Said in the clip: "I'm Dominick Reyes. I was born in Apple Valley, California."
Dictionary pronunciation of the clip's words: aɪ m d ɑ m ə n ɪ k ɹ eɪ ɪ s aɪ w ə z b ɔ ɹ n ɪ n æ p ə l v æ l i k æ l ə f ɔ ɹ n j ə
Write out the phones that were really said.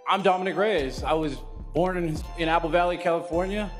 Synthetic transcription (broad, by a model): aɪ m d ɑ m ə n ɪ k ɹ eɪ ɪ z aɪ w ə z b ɔ ɹ n ɪ n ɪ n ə l v æ l i k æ l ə f ɔ ɹ n j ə